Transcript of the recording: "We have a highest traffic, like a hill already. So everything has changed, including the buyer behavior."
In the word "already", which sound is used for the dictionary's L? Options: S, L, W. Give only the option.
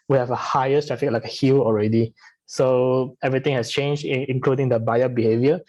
L